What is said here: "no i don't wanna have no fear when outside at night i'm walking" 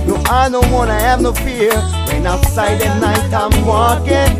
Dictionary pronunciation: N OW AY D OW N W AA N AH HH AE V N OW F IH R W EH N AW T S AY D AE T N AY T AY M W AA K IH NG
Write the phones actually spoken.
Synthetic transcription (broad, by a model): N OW AY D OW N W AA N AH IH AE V N OW P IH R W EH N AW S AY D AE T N AY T AY M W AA K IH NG